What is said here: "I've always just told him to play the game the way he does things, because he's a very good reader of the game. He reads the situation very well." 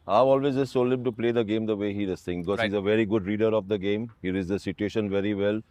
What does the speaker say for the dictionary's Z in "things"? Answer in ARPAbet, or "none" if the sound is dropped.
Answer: none